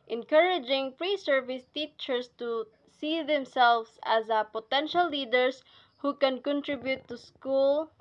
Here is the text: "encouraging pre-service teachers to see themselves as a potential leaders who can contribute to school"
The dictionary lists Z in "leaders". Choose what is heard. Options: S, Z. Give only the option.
S